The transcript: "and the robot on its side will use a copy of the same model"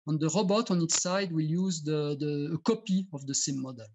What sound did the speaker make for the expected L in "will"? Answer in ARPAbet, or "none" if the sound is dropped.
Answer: L